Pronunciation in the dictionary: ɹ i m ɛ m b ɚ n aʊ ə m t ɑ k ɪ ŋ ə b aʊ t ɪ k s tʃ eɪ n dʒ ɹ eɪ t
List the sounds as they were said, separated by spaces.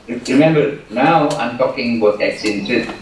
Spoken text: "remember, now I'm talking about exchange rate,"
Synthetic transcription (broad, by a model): ɹ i m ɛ m b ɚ n aʊ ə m t ɑ k ɪ ŋ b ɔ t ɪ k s eɪ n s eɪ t